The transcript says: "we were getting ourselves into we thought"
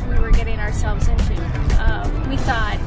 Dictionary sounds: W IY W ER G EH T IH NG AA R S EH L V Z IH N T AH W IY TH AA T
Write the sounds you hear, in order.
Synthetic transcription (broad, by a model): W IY W ER G EH T IH NG AA R S EH L V Z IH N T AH W IY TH AA T